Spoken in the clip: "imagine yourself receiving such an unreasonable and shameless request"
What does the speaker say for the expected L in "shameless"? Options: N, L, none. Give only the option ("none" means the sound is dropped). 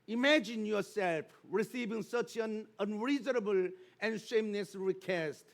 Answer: N